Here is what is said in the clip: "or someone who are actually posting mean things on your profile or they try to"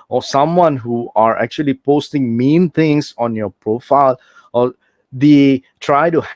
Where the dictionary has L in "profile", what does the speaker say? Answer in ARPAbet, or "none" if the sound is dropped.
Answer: L